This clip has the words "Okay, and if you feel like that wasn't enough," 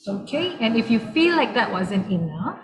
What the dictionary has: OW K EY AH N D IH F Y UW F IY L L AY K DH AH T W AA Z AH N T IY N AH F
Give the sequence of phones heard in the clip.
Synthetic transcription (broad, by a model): OW K EY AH N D IH F Y UW F IY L L AY K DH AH T W AA Z AH N T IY N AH F